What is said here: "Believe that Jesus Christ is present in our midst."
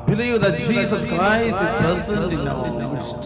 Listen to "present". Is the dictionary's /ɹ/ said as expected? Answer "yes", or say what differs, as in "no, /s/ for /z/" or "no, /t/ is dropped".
no, /ɹ/ is dropped